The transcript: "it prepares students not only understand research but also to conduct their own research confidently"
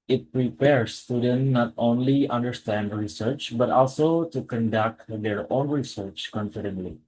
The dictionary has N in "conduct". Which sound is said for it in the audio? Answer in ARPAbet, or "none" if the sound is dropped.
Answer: N